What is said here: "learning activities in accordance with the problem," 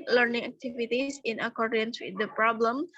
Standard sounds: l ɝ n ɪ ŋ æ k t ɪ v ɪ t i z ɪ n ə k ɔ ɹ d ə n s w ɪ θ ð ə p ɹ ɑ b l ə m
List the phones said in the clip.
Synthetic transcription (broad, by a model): l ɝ n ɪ ŋ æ k t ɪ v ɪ t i s ɪ n ə k ɔ ɹ d ə n s w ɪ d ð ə p ɹ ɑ b l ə m